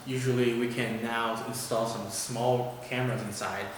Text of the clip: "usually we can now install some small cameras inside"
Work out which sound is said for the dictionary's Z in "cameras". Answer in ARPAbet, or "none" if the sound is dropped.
Z